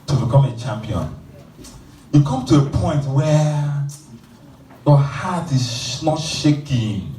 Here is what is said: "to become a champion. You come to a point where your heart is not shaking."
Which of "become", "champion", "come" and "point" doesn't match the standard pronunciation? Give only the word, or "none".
none